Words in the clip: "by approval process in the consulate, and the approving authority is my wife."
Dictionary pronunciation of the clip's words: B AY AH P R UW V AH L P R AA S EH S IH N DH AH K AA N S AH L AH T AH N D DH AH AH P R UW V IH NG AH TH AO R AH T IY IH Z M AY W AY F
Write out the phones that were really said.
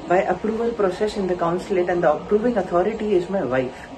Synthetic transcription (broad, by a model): B AY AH P R UW V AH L P R AA S EH S IH N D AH K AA N S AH L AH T AH N D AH AH P R UW V IH NG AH T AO R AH T IY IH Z M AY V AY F